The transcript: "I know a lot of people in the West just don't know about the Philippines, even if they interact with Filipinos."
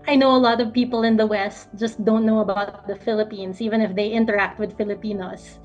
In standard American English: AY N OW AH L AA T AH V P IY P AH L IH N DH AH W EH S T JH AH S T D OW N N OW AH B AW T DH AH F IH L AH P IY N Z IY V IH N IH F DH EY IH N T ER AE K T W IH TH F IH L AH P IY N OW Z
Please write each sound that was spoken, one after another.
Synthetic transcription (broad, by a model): AY N OW AH L AA T AH V P IY P AH L IH N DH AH W EH S T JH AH S T D OW N N OW AH B AW T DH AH F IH L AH P IY N S IY V IH N IH F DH EY IH N T ER AE K T W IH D F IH L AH P IY N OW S